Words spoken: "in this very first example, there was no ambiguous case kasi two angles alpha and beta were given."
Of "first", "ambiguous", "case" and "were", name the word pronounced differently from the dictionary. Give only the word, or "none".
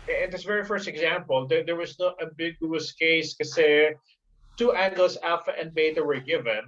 ambiguous